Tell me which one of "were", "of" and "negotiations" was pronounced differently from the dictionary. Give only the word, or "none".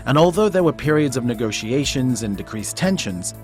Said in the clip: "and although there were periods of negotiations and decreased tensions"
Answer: none